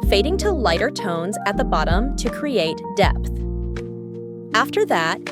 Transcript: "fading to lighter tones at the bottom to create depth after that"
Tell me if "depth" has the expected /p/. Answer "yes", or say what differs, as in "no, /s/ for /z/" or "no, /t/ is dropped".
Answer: yes